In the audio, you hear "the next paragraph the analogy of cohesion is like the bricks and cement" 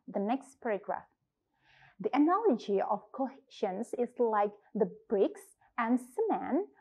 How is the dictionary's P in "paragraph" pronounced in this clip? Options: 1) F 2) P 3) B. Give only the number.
2